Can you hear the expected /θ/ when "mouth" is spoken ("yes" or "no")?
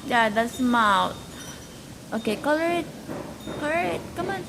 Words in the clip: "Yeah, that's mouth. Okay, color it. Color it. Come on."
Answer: no